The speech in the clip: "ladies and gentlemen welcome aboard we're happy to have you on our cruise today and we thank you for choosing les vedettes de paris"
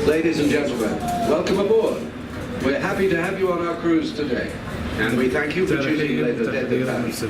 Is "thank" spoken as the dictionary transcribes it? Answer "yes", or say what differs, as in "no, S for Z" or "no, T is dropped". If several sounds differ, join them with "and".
yes